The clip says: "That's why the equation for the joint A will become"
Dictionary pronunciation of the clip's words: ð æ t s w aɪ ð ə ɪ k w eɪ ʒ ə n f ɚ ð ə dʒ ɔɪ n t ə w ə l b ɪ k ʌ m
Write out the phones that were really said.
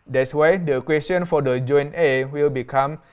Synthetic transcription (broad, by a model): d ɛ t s w aɪ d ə k w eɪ s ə n f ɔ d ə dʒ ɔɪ n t ə w ə l b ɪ k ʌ m